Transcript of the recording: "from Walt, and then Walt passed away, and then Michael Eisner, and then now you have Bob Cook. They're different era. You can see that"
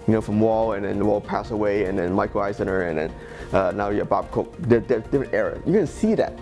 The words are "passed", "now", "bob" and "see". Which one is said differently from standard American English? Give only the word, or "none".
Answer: passed